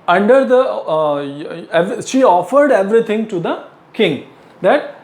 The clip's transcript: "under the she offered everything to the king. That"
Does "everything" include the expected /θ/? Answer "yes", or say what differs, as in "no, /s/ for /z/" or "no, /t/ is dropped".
no, /t/ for /θ/